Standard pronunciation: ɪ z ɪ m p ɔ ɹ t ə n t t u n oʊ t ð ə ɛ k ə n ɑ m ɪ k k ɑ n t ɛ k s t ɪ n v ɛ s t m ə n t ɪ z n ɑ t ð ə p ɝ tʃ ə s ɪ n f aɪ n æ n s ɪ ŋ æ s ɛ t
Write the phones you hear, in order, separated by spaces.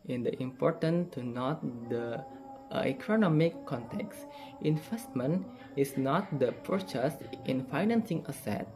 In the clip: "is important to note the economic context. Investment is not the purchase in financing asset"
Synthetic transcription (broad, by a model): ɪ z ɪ m p ɔ ɹ t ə n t t u n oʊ t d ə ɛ k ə n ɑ m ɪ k k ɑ n t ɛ k s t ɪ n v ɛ s t m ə n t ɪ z n ɑ t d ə p ɝ tʃ ə s ɪ n f aɪ n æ n s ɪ ŋ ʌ s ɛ t